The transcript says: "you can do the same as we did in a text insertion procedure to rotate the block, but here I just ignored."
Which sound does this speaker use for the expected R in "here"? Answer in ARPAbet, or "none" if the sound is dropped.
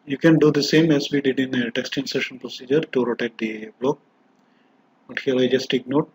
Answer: L